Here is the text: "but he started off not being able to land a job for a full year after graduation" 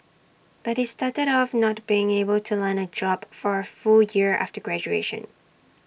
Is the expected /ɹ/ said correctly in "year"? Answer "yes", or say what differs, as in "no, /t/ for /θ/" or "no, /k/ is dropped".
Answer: yes